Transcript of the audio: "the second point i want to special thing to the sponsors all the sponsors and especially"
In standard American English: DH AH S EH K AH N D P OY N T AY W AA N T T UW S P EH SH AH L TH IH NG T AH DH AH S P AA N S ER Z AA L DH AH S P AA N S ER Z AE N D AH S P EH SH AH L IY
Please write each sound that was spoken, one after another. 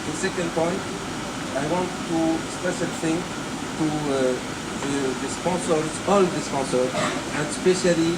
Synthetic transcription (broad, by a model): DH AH S EH K AH N D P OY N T AY W AA N T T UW S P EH S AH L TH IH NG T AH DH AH S P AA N S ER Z AA L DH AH S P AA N S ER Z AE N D S P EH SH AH L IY